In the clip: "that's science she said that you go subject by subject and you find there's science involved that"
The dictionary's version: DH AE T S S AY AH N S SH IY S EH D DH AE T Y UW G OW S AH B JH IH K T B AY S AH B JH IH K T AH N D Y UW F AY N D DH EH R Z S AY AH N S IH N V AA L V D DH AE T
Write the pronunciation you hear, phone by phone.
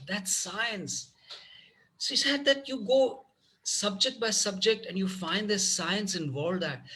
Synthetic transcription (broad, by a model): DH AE T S S AY AH N S S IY S EH D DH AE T Y UW G OW S AH B JH IH K T B AY S AH B JH IH K T AH N D Y UW F AY N D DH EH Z S AY AH N S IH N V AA L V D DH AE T